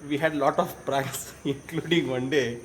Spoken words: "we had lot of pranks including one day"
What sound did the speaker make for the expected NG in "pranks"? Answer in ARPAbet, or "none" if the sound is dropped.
none